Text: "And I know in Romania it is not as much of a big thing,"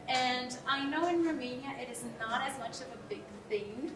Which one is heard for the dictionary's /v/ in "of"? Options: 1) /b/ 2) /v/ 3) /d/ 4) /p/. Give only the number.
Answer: 2